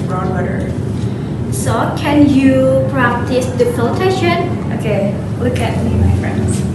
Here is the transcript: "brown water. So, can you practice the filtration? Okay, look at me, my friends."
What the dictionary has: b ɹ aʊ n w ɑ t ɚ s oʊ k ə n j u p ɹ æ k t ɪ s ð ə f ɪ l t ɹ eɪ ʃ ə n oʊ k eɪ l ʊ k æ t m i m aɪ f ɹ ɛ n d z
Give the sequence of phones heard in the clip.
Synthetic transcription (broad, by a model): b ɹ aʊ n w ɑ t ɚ s oʊ k ə n j u p ɹ æ k t ɪ s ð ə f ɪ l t eɪ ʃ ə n oʊ k eɪ l ʊ k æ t m i m aɪ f ɹ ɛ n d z